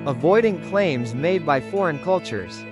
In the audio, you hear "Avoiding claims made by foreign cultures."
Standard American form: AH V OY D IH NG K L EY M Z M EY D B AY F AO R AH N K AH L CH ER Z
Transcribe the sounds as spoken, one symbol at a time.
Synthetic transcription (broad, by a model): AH V OY D IH NG K L EY M Z M EY D B AY F AO R AH N K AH L CH ER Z